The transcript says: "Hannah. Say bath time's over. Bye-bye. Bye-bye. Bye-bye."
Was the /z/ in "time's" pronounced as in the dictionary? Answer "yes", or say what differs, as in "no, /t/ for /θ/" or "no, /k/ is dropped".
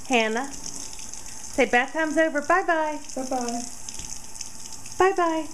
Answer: yes